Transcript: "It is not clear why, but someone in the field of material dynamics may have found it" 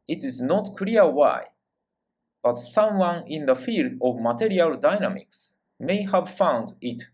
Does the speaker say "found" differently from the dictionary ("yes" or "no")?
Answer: no